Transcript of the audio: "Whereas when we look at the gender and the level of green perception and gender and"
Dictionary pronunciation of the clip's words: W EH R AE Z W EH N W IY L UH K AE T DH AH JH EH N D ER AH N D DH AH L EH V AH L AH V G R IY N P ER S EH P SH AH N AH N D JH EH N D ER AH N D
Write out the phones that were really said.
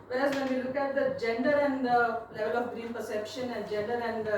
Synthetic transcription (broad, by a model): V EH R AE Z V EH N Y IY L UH K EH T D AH JH EH N D ER AH N D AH L EH V AH L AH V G R IY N P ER S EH P SH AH N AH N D JH EH N D ER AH N D